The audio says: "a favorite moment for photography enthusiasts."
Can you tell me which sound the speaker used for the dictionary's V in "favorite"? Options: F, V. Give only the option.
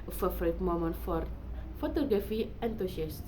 F